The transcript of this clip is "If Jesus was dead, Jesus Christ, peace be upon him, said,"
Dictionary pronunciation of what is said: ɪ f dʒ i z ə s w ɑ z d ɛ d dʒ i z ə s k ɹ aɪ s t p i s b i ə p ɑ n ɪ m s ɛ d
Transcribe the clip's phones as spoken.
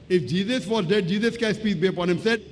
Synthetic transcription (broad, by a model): ɪ f dʒ i z ə s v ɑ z d ɛ d dʒ i z ə s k aɪ s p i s b i ə p ɑ n ɪ m s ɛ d